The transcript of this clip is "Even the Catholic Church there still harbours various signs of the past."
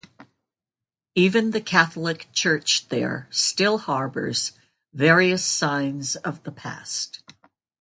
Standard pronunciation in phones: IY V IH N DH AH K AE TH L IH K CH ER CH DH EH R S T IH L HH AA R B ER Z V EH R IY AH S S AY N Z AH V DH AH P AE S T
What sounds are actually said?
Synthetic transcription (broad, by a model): IY V IH N DH AH K AE TH L IH K CH ER CH DH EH R S T IH L HH AA R B ER Z V EH R IY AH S S AY N Z AH V DH AH P AE S T